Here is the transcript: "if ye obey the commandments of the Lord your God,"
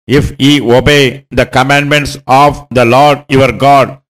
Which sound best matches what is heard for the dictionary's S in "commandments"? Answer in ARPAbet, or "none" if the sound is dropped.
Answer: S